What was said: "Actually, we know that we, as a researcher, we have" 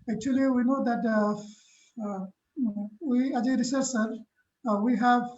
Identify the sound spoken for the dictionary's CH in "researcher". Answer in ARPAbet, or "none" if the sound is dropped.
S